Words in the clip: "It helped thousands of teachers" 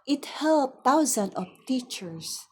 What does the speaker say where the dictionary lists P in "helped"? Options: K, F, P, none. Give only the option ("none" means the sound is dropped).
none